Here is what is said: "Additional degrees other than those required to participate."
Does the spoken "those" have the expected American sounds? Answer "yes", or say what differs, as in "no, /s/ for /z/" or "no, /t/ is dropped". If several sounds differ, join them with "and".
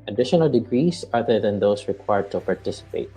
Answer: no, /s/ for /z/